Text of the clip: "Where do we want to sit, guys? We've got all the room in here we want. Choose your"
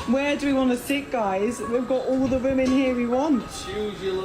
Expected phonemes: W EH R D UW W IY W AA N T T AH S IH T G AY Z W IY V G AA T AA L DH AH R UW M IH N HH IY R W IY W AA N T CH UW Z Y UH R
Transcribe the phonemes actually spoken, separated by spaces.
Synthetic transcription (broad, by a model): W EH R D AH W IY W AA N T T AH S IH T G AY Z W IY V G AA T AA L DH AH W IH M IH N HH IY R W IY W AA N T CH